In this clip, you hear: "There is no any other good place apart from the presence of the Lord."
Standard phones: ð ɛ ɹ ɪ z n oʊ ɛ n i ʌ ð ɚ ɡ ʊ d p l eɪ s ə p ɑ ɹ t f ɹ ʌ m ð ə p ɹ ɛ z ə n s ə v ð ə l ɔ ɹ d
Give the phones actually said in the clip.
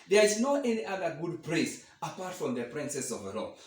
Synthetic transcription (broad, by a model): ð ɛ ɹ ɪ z n oʊ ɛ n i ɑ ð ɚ ɡ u d p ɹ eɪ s ə p ɑ ɹ t f ɹ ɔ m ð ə p ɹ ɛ s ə s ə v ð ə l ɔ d